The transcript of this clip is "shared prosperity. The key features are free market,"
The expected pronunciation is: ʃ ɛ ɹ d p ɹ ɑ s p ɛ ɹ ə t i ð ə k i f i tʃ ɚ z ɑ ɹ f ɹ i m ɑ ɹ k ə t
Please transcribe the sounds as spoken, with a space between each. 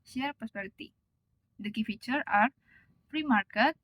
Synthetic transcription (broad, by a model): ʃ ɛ ɹ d p ɑ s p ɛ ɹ t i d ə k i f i tʃ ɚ ɑ ɹ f ɹ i m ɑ ɹ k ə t